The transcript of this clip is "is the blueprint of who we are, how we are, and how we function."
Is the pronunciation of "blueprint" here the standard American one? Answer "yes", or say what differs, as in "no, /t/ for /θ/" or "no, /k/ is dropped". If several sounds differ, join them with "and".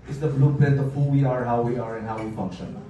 no, /ɹ/ is dropped and /n/ is dropped